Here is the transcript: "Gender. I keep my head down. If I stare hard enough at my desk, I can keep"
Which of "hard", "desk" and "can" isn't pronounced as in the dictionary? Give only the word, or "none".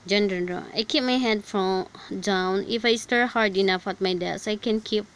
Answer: desk